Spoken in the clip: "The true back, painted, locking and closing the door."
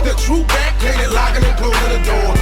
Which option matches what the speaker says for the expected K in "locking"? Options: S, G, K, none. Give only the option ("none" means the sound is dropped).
none